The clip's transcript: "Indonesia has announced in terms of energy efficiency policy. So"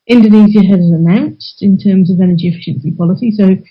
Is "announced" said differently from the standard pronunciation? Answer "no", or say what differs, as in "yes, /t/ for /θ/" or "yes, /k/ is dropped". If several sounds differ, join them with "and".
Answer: no